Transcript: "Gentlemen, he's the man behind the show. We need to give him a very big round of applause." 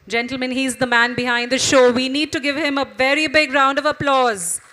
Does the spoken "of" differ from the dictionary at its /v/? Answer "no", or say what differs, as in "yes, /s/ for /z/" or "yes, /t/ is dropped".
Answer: no